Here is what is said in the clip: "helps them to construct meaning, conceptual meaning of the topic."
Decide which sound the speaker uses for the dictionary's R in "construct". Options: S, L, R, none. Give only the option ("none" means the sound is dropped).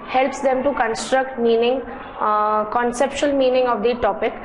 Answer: R